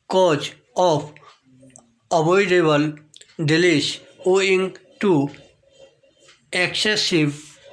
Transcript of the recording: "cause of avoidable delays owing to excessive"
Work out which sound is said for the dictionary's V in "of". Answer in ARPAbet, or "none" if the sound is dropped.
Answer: P